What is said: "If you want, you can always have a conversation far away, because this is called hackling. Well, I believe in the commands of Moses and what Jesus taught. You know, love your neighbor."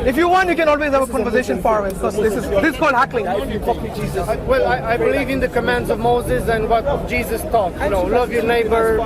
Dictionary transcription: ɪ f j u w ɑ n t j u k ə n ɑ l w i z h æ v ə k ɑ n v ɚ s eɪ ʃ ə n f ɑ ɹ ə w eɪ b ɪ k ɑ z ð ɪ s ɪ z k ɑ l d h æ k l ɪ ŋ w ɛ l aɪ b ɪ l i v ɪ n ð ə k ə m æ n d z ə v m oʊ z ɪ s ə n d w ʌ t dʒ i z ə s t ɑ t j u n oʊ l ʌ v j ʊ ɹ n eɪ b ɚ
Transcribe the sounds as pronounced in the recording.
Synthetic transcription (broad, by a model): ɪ f j u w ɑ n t j u k ə n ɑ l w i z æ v ə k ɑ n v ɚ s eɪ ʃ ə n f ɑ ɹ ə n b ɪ k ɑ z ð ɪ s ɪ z k ɑ l d h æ k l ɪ ŋ w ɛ l aɪ b ɪ l i v ɪ n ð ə k ə m æ n d z ə v m oʊ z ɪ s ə n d w ʌ t dʒ i z ə s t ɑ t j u n oʊ l ʌ v j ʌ ɹ n eɪ b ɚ